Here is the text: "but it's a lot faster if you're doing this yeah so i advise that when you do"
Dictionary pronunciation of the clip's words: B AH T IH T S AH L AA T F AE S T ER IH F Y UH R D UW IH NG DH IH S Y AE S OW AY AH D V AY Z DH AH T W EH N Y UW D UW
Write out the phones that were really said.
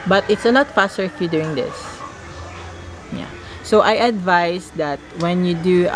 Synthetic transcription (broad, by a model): B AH T IH T S AH N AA T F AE S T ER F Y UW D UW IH NG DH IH S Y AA S OW AY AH D V AY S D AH T W EH N Y UW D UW